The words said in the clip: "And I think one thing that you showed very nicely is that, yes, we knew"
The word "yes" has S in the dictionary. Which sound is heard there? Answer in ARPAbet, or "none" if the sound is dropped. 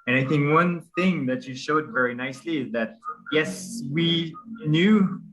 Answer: S